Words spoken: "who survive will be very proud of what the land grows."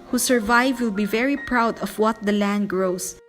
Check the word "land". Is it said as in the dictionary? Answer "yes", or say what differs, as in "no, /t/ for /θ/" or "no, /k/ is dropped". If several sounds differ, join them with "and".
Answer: yes